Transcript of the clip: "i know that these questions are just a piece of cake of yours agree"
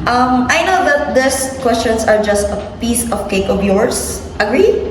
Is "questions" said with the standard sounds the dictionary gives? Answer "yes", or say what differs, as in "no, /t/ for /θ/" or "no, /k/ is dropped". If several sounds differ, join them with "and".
no, /s/ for /z/